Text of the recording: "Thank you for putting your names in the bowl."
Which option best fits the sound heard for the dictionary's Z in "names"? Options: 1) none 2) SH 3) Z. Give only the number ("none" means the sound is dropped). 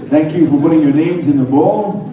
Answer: 3